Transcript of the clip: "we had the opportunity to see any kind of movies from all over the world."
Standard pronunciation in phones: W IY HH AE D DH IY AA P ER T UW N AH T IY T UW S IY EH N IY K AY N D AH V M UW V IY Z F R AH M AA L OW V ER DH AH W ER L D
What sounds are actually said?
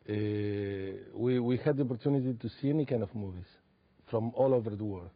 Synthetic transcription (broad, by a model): W IY HH AE D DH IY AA P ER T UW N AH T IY T UW S IY EH N IY K AY N D AH V M UW V IY Z F R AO M AA L OW V ER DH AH W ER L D